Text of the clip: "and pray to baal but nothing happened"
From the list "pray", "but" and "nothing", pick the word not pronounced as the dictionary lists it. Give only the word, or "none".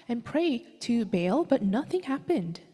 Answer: none